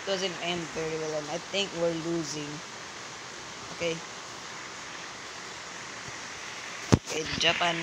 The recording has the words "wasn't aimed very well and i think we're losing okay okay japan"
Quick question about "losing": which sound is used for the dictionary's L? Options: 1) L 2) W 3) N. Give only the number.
1